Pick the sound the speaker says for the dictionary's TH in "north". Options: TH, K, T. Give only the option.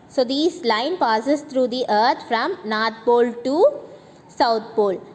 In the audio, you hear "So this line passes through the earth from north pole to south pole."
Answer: T